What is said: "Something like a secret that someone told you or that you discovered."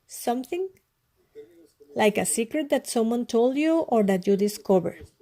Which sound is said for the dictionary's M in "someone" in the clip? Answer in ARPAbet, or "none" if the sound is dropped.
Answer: M